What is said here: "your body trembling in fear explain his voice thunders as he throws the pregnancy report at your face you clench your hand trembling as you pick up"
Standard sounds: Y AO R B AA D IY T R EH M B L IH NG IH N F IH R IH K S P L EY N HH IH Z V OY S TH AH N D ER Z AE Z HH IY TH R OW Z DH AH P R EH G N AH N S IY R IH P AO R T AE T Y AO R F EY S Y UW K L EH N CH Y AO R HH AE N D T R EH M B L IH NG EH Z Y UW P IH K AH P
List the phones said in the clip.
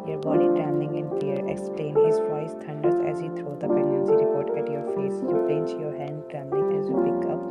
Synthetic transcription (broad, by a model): Y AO R B AA D IY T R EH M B L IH NG IH N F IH R IH K S P L EY N HH IH Z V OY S T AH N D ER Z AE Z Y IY T R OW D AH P EH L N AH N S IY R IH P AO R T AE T Y AO R F EY S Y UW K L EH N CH Y AO R HH AE N D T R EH M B L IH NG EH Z Y UW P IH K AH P